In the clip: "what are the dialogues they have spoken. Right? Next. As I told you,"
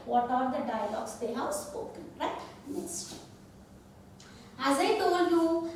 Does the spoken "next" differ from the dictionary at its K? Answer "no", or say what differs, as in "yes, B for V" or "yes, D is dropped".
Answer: yes, K is dropped